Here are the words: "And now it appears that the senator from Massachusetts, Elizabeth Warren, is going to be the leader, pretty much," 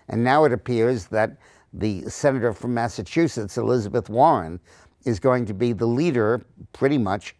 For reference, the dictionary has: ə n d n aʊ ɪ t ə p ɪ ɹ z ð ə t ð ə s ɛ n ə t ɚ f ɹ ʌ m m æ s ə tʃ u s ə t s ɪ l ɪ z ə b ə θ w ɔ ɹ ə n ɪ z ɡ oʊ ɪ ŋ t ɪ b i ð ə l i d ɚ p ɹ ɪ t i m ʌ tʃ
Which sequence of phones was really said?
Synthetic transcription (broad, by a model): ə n n aʊ ɪ t ə p ɪ ɹ z ð ə t ð ə s ɛ n ə t ɚ f ɹ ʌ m m æ s ə tʃ u s ə t s ɪ l ɪ z ə b ə θ w ɔ ɹ ə n ɪ z ɡ oʊ ɪ ŋ t ɪ b i ð ə l i d ɚ p ɹ ɪ t i m ʌ tʃ